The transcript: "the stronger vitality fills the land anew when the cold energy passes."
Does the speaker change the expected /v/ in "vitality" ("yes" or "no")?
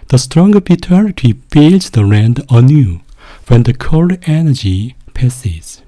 yes